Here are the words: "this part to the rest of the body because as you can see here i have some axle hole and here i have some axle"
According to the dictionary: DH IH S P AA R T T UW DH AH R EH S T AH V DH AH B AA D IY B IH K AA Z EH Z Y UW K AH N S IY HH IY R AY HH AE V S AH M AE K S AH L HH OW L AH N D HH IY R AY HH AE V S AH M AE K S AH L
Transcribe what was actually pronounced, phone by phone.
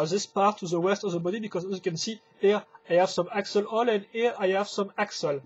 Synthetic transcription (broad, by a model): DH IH S P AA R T T UW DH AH W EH S T AH V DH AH B AA D IY B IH K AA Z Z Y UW K AH N S IY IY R AY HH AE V S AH M AE K S AH L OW L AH N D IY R AY HH AE V S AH M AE K S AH L